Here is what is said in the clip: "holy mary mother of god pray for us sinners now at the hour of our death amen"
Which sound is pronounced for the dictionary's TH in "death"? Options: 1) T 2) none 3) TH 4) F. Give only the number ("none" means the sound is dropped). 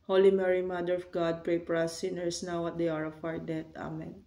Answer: 1